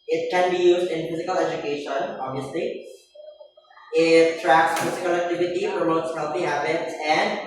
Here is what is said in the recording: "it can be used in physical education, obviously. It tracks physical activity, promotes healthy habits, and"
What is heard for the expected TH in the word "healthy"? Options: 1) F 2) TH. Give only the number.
1